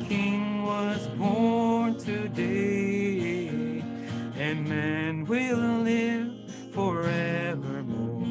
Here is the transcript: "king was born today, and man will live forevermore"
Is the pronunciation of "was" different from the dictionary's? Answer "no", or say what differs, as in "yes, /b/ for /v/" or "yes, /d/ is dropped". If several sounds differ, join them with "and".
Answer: no